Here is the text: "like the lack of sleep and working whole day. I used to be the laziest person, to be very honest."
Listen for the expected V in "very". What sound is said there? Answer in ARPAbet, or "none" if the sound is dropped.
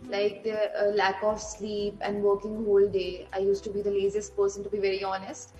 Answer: V